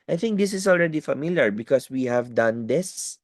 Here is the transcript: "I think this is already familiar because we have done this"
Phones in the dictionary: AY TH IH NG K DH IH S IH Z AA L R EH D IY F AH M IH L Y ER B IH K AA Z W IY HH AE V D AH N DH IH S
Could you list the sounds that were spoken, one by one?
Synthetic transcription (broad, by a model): AY TH IH NG K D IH S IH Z AA L R EH D IY F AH M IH L Y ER B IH K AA S W IY HH AE V D AH N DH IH S